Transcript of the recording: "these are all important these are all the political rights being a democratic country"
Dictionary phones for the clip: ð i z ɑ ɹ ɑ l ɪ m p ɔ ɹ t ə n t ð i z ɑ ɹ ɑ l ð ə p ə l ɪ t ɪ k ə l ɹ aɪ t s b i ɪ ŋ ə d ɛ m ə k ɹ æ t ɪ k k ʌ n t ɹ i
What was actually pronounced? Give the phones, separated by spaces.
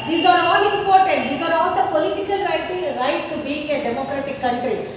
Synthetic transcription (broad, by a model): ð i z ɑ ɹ ɑ l ɪ m p ɔ ɹ t ə n t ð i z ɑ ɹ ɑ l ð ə p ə l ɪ t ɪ k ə l ɹ aɪ t s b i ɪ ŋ ə d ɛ m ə k ɹ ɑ t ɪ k k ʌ n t ɹ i